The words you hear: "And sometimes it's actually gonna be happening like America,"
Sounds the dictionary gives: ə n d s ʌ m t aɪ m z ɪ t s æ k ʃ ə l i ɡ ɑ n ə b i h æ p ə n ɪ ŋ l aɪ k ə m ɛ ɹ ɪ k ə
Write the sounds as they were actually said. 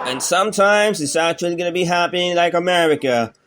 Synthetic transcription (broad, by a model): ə n s ʌ m t aɪ m z ɪ t s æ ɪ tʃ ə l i ɡ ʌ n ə b i h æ p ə ɪ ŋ l aɪ k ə m ɛ ɹ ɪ k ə